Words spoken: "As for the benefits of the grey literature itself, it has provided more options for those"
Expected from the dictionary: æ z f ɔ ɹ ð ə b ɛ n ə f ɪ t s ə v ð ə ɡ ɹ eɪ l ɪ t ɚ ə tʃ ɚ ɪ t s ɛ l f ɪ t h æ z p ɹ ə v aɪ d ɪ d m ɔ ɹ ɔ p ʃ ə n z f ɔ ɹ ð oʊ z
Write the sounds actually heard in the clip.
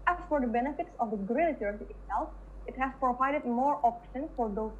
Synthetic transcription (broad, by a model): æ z f ɔ ɹ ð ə b ɛ n ə f ɪ t s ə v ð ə ɡ ɹ eɪ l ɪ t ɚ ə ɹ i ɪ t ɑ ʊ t ɪ t h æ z p ɹ ə v aɪ d ɪ d m ɔ ɹ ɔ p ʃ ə n f ɔ ɹ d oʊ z